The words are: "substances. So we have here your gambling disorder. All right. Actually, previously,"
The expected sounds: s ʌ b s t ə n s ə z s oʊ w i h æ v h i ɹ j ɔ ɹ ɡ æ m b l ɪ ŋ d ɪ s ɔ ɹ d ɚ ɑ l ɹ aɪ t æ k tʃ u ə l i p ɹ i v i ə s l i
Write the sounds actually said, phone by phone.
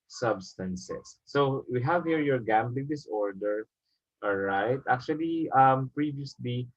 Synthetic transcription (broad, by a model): s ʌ b s t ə n s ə s oʊ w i h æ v h i ɹ j ɔ ɹ ɡ æ m b l ɪ ŋ d ɪ s ɔ ɹ d ɚ ɑ l ɹ aɪ t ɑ k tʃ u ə l i p ɹ i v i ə s l i